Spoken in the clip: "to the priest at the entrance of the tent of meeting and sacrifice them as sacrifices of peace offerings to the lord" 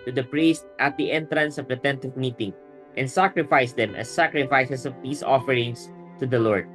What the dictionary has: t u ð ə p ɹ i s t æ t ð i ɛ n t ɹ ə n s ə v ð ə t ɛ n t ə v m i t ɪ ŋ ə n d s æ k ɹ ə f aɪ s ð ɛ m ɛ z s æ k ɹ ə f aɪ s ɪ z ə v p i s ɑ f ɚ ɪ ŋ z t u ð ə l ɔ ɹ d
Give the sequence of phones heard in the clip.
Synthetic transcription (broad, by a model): t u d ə p ɹ i s t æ t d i ɛ n t ɹ ə n s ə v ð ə t ɛ n t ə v m i t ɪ ŋ ə n d s æ k ɹ ə f aɪ s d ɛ m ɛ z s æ k ɹ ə f aɪ s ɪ s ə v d i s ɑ f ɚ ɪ ŋ s t u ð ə l ɔ ɹ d